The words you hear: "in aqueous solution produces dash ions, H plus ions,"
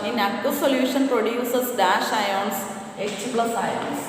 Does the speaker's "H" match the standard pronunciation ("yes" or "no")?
no